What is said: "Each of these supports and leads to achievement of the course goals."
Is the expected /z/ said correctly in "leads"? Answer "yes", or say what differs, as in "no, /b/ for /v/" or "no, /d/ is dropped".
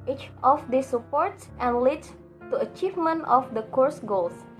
no, /z/ is dropped